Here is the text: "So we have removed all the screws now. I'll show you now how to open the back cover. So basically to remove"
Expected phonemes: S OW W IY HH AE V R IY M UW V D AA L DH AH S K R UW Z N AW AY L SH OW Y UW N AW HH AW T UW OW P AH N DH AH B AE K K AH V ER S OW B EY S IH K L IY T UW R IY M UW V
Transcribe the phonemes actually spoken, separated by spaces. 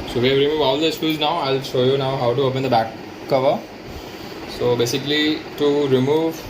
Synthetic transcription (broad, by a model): S OW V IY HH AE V R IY M UW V AA L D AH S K UW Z N AW AY L SH OW Y UW N AW HH AW T UW OW P AH N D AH B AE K K AH V ER S OW B EY S IH K L IY T UW R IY M UW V